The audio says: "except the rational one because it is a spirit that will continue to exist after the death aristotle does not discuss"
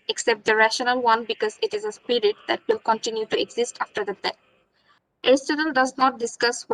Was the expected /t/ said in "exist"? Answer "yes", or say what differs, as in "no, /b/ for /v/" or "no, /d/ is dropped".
yes